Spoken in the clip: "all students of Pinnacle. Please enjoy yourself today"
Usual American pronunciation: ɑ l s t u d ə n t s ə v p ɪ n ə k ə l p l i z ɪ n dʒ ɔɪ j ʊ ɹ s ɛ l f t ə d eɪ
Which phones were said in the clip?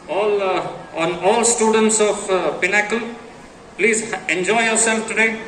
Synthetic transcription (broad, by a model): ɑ l s t u d ə n t s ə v p ɪ n ə k ə l p l i z ɪ n dʒ ɔɪ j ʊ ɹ s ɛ l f t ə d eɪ